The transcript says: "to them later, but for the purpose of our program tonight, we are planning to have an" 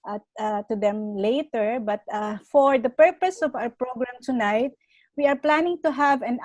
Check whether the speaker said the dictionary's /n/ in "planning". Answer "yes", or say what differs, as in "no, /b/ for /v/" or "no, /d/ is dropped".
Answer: yes